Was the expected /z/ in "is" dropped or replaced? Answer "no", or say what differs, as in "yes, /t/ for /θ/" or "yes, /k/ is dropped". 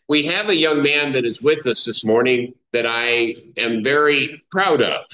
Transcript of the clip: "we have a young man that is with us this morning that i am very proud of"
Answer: no